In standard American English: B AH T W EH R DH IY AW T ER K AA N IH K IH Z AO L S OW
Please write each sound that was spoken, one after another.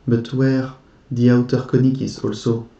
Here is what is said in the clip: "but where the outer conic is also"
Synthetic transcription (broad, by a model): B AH T W EH R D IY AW T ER K AA N IH K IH S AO L S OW